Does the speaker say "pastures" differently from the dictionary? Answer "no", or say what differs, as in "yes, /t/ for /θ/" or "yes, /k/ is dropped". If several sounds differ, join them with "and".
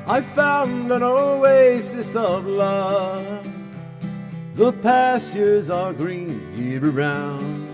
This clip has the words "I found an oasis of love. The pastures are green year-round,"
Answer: no